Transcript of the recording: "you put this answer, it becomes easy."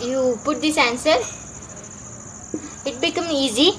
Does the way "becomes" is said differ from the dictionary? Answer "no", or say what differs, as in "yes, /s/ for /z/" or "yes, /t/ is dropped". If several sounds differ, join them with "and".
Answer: yes, /z/ is dropped